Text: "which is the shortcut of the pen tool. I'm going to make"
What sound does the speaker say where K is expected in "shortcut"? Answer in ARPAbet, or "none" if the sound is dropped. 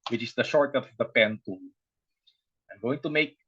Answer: none